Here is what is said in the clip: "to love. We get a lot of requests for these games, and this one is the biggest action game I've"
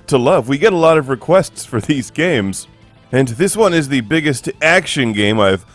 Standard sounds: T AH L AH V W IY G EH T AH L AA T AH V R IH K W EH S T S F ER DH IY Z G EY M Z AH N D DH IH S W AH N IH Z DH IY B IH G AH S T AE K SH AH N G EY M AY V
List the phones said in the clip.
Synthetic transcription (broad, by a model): T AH L AH V W IY G EH T AH L AA T AH V R IH K W EH S T S F ER DH IY Z G EY M Z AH N DH IH S W AH N IH Z DH IY B IH G AH S T AE K SH AH N G EY M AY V